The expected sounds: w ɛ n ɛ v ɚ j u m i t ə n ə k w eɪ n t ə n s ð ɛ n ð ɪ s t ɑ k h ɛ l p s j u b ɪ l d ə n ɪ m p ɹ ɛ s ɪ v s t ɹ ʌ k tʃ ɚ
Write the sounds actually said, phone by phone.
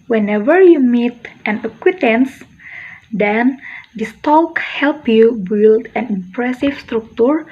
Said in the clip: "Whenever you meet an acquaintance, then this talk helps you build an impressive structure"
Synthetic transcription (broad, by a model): w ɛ n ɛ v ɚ j u m i t ə n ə k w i t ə n s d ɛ n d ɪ s t ɑ k h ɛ l p j u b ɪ l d ə n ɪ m p ɹ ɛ s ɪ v s t ɹ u k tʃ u